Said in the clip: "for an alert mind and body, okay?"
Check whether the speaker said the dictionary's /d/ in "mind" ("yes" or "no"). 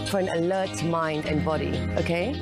yes